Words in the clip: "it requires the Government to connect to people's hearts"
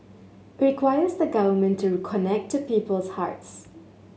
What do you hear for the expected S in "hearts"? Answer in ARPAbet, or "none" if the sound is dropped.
S